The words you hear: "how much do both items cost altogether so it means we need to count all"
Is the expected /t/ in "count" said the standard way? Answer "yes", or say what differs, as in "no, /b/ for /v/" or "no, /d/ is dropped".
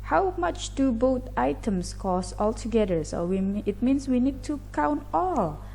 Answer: yes